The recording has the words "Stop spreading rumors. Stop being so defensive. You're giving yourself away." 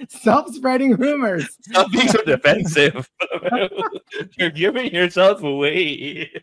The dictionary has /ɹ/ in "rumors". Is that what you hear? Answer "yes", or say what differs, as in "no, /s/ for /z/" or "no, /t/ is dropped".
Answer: yes